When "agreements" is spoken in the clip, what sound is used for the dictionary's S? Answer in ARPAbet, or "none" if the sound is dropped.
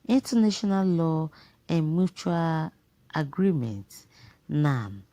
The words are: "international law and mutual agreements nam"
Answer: none